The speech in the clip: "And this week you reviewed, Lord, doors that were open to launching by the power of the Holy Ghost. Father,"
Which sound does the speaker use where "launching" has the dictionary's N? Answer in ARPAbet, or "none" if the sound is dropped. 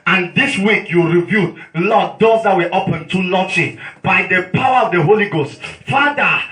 none